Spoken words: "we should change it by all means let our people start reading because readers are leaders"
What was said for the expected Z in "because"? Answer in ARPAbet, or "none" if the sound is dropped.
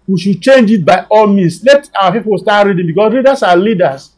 S